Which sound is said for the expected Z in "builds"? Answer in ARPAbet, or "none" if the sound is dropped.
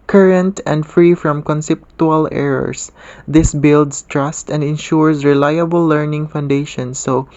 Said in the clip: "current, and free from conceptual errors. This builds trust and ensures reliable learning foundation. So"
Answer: S